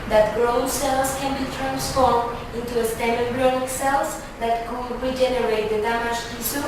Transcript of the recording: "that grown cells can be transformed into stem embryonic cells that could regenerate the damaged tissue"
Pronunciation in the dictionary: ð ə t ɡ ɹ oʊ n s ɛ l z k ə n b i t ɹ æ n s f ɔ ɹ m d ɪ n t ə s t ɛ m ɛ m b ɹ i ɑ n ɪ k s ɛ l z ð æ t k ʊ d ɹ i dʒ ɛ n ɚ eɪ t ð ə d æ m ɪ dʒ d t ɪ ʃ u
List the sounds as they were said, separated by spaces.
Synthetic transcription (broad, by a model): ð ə t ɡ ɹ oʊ s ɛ l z k ə n b i t ɹ æ n s f ɔ ɹ m d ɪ n t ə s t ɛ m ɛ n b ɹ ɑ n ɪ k s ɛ l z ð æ t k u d ɹ i dʒ ɛ n ɚ eɪ t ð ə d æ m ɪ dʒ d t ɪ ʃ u